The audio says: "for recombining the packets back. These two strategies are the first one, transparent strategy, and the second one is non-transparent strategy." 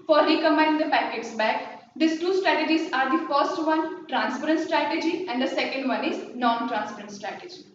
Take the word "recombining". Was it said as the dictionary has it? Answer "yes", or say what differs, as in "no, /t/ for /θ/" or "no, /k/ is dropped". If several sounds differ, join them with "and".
no, /b/ is dropped and /n/ is dropped